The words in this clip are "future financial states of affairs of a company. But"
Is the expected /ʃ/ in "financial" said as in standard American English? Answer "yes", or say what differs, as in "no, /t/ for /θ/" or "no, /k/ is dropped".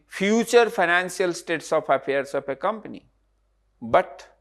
no, /s/ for /ʃ/